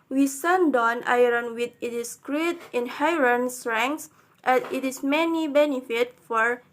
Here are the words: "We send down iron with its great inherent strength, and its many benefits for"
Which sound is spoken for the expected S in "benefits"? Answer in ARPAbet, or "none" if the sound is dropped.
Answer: none